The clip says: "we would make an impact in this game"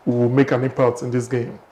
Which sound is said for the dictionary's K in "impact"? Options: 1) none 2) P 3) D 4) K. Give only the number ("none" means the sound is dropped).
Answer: 1